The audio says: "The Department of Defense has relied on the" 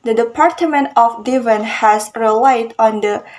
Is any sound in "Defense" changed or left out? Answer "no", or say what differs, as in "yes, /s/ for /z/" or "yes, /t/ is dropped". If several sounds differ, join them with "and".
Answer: yes, /s/ is dropped